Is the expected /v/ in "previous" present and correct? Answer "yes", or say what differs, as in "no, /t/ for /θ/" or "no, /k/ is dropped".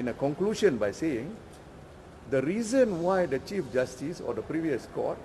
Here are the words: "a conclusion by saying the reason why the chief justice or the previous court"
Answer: yes